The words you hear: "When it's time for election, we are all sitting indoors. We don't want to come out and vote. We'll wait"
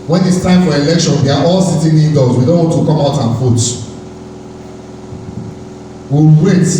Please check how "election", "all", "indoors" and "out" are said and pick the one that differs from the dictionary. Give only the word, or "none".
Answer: indoors